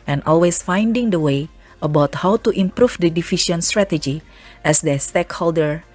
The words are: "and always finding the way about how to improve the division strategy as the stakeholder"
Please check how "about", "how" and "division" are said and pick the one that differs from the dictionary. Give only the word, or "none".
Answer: division